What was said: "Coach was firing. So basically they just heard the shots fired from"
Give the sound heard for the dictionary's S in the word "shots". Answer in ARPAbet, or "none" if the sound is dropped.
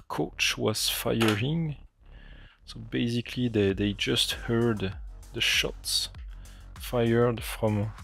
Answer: S